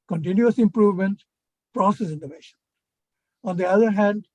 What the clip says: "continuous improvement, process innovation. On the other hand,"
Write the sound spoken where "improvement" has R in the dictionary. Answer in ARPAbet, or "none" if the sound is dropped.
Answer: R